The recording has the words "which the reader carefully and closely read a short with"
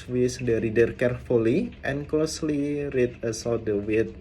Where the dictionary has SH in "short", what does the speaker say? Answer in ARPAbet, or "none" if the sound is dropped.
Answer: S